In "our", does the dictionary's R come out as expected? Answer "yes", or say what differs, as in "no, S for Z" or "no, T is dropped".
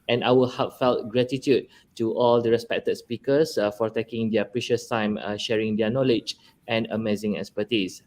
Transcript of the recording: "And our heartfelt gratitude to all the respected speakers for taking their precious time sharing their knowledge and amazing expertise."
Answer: no, L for R